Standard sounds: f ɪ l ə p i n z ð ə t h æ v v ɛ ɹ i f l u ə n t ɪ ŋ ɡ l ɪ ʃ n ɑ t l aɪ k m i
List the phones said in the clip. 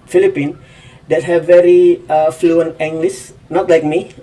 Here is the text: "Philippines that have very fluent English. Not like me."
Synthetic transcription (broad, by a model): f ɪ l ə p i n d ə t h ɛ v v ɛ ɹ i f l u ə n t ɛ ŋ ɡ l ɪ s n ɑ t l aɪ k m i